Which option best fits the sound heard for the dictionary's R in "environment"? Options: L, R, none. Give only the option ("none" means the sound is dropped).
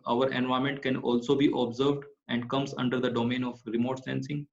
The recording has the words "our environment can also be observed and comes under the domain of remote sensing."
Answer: none